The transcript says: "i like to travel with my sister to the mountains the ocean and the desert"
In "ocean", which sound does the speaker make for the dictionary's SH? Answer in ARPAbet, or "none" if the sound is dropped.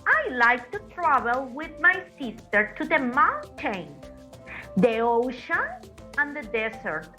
SH